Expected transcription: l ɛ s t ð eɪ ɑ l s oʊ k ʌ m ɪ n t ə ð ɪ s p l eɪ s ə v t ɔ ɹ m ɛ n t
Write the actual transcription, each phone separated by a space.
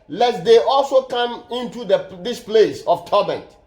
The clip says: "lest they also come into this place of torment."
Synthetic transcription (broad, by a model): l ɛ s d eɪ ɑ l s oʊ k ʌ m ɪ n t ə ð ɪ s p l eɪ s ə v t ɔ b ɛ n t